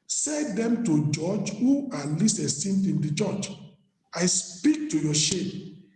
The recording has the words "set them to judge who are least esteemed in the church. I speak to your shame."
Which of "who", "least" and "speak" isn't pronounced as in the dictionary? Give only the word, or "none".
least